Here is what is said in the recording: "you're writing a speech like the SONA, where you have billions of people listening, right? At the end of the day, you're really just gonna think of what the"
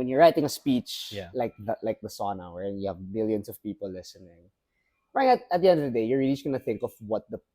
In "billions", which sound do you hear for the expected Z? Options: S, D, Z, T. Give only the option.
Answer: S